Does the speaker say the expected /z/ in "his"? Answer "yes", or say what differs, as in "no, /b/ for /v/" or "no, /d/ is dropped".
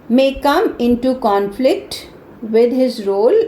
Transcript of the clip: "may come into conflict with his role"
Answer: yes